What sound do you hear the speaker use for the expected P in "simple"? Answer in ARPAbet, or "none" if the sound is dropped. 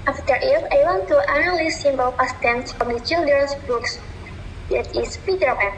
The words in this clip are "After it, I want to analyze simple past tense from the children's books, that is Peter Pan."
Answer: B